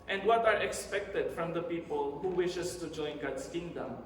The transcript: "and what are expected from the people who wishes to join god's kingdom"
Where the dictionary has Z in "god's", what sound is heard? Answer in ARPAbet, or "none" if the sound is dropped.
S